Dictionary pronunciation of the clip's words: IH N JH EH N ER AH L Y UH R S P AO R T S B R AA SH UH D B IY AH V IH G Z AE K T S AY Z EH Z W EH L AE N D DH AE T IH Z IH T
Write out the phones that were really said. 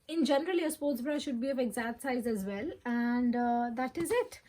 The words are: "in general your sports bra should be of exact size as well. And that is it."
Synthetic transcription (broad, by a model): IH N JH EH N ER AH L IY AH S P AO R T S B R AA SH UH D B IY AH V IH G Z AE T S AY Z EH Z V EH L AE N D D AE T IH Z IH T